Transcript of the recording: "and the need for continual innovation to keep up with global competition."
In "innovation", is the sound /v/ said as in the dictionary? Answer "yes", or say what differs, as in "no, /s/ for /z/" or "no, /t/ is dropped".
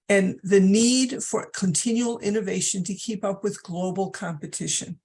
yes